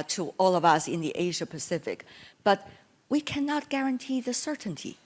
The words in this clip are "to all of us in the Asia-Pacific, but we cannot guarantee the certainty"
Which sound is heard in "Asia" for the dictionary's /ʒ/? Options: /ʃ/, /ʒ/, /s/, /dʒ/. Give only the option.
/ʒ/